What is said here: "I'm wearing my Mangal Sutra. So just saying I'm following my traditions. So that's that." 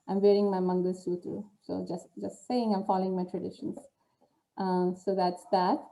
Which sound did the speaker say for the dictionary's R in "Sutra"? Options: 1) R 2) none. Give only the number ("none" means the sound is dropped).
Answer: 2